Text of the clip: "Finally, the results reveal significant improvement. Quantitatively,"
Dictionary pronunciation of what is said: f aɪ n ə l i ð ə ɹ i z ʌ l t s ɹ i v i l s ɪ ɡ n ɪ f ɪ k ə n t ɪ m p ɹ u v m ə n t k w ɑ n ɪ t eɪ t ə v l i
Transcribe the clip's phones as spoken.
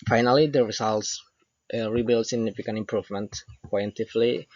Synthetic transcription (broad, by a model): f aɪ n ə l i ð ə ɹ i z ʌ l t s ɹ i b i l s ɪ ɡ n ɪ f ɪ k ə n t ɪ m p ɹ u v m ə n t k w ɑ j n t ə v l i